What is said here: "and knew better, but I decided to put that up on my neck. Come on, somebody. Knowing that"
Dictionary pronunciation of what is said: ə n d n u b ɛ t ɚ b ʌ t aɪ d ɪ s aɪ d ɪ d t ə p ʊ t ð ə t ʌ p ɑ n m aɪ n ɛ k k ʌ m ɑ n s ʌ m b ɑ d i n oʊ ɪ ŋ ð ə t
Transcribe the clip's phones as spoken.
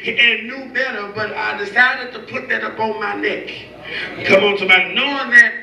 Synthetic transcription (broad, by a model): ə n n u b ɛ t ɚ b ʌ t aɪ d ɪ s aɪ d ɪ d t ə p ʊ t ð ə t ʌ p ɑ n m aɪ n ɛ k k ʌ m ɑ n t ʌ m ɑ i n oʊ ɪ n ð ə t